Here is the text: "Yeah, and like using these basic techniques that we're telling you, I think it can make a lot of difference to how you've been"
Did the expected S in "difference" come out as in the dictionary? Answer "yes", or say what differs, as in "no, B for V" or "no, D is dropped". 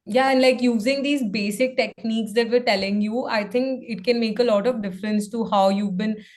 yes